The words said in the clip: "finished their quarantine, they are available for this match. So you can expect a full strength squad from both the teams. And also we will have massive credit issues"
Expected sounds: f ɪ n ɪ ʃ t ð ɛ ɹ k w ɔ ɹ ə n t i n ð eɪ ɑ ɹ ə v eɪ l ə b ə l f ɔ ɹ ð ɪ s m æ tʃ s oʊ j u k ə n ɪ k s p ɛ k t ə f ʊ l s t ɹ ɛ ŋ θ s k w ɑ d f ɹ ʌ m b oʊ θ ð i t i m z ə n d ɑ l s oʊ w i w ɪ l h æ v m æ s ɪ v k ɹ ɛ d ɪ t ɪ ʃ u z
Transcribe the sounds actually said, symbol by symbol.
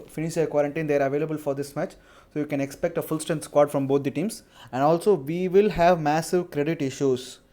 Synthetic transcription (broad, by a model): f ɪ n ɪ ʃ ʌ k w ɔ ɹ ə n t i n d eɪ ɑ ɹ ə v eɪ l ə b ə l f ɔ ɹ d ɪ s m æ tʃ s oʊ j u k ə n ɪ k s p ɛ k t ə f ʊ l s t ɛ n s k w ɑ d f ɹ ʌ m b oʊ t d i t i m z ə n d ɑ l s oʊ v i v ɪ l h æ v m æ s ɪ v k ɹ ɛ d ɪ t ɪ ʃ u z